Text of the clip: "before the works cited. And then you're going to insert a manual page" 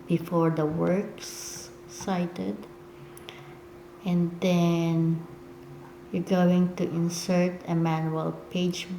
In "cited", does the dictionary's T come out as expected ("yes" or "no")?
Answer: yes